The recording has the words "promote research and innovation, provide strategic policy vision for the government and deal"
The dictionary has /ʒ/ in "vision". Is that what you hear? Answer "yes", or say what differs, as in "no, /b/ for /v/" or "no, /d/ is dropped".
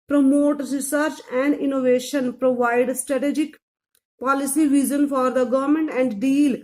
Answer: no, /z/ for /ʒ/